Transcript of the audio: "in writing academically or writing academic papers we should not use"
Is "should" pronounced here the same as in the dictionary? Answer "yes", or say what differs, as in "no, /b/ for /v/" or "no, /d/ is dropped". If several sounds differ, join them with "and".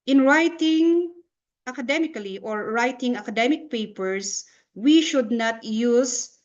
yes